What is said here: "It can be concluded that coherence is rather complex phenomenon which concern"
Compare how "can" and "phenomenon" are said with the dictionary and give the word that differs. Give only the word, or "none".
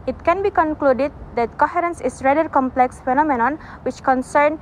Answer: none